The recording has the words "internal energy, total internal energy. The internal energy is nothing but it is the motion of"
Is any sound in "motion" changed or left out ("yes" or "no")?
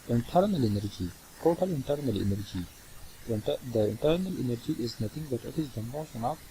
yes